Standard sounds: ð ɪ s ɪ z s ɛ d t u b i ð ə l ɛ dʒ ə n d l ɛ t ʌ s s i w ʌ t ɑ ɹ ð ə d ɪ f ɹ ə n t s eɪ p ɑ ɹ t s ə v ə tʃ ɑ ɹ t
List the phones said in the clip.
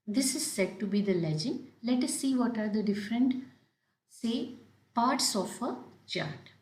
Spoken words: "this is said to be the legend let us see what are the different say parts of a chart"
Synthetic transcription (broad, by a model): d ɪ s ɪ z s ɛ d t u b i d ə l ɛ dʒ ə n d l ɛ t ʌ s s i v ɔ t ɑ ɹ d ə d ɪ f ɹ ə n t s eɪ p ɑ ɹ t s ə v ə tʃ ɑ ɹ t